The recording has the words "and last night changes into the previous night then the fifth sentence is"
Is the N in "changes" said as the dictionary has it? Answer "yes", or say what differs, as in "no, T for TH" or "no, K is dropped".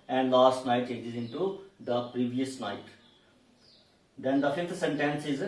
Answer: no, N is dropped